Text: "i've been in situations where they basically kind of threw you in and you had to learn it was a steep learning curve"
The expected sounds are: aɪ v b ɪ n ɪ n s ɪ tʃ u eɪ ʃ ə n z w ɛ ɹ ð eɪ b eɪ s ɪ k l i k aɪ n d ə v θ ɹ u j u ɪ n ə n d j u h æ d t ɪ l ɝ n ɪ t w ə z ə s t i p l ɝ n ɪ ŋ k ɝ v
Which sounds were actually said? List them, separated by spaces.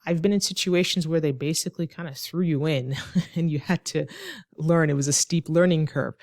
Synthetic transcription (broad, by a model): aɪ v b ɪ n ɪ n s ɪ tʃ u eɪ ʃ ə n z w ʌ ɹ ð eɪ b eɪ s ɪ k l i k aɪ n d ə θ ɹ u j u ɪ n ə n j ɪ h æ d t ɪ l ɝ n ɪ t w ə z ə s t i p l ɝ n ɪ ŋ k ɝ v